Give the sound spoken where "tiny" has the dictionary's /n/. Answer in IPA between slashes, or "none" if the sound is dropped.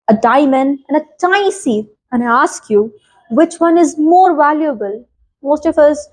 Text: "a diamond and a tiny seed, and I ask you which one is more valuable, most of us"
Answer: none